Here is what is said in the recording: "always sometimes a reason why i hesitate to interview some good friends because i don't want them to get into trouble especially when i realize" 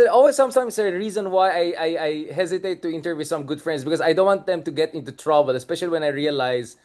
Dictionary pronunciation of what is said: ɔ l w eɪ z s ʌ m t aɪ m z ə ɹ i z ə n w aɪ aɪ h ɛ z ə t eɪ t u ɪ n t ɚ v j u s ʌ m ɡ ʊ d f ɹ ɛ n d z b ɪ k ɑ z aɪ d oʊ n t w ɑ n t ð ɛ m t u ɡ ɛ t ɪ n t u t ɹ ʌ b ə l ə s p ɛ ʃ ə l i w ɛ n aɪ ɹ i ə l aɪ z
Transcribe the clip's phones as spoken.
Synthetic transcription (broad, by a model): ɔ l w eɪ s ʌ m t aɪ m s ə ɹ i z ə n w aɪ aɪ h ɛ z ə t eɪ t u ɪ n t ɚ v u s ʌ m ɡ ʊ d f ɹ ɛ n d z b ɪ k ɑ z aɪ d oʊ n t w ɑ n t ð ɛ m t u ɡ ɛ t ɪ n t u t ɹ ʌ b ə l ə s p ɛ ʃ ə l i w ɛ n aɪ ɹ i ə l aɪ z